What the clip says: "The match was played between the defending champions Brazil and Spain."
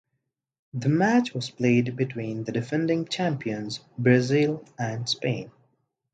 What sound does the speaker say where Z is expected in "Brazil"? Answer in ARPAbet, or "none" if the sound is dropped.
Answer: Z